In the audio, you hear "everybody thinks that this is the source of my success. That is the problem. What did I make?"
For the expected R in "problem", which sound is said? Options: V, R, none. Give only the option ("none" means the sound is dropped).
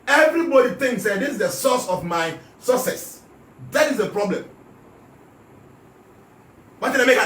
R